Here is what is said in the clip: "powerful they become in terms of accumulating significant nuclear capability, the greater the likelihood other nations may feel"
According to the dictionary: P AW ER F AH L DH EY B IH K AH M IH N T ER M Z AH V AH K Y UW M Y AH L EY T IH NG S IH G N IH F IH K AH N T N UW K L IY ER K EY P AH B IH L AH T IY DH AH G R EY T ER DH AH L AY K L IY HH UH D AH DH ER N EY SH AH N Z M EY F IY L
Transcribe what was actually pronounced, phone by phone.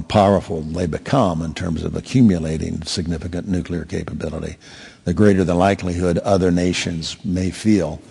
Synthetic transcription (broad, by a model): P AW ER F L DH EY B IH K AH M IH N T ER M Z AH V AH K Y UW M Y AH L EY T IH NG S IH G N IH F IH K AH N N UW K L IY ER K EY P AH B IH L AH T IY DH AH G R EY T ER DH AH L AY K L IY HH UH D AH DH ER N EY SH AH N Z M EY F IY L